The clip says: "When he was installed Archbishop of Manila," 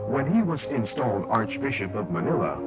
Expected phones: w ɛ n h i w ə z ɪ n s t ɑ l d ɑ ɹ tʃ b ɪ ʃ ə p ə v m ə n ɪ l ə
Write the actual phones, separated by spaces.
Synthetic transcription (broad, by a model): w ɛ n i w ə z ɪ n s t ɑ l d ɑ ɹ tʃ b ɪ ʃ ə p ə v m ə n ɪ l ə